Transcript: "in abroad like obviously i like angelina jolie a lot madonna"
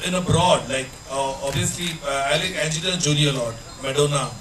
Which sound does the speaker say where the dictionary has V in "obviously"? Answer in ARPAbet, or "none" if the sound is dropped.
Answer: none